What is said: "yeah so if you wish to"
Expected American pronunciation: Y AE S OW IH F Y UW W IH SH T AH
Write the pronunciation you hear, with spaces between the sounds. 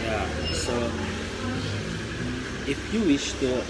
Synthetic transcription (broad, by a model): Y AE S OW IH F Y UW W IH SH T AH